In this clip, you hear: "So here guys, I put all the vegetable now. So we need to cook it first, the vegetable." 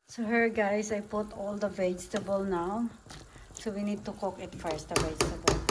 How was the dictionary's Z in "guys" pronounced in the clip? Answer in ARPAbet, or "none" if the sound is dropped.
S